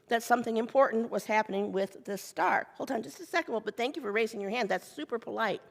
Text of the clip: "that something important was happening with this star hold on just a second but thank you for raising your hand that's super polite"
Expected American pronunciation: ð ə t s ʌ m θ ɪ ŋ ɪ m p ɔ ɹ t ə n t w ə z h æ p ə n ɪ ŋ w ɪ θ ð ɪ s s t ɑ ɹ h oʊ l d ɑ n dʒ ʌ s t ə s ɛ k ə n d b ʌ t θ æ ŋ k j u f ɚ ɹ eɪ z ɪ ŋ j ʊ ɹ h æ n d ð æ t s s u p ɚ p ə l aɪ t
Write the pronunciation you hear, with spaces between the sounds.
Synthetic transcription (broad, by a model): ð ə t s ʌ m θ ɪ ŋ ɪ m p ɔ ɹ t n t w ə z h æ p ə n ɪ ŋ w ɪ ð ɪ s s t ɑ ɹ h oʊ l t ɑ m dʒ ʌ s t ə s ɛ k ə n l b ʌ t θ æ ŋ k j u f ɚ ɹ eɪ z ɪ ŋ j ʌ ɹ h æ n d ð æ t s s u p ɚ p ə l aɪ t